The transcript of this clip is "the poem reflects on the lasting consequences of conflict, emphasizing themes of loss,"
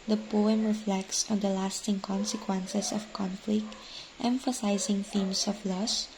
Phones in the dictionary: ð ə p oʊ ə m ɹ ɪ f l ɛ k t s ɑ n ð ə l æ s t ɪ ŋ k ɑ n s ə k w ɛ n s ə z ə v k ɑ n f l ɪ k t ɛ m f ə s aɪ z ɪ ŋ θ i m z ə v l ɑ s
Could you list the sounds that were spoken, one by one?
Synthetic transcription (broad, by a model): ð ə p oʊ ə m ɹ ɪ f l ɛ k t s ɑ n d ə l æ s t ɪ ŋ k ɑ n s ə k w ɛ n s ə s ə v k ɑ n f l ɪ k t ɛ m f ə s aɪ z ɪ ŋ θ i m s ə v l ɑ s